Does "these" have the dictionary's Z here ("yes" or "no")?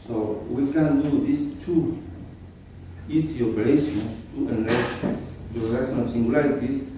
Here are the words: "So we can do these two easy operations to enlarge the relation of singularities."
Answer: no